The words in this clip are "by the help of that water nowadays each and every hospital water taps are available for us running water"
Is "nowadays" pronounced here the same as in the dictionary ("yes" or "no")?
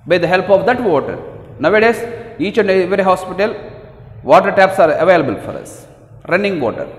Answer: no